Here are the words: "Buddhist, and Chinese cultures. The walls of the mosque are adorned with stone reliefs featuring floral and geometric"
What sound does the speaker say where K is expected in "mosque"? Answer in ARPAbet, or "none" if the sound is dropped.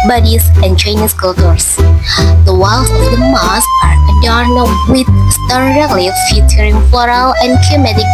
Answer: none